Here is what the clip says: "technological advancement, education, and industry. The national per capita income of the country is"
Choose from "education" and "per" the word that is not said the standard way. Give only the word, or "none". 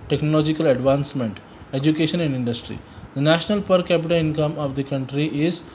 none